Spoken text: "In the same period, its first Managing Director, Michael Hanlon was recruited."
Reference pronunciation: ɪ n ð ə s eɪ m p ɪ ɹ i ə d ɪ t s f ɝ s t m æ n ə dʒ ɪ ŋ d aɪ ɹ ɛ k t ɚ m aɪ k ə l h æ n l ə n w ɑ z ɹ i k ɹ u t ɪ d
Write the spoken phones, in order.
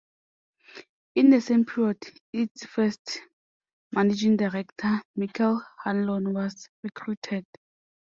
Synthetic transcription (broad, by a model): ɪ n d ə s eɪ m p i ɹ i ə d ɪ t s f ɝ s t m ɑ n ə dʒ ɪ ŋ d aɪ ɹ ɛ k t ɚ m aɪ k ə l h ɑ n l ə n w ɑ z ɹ i k ɹ u t ɪ d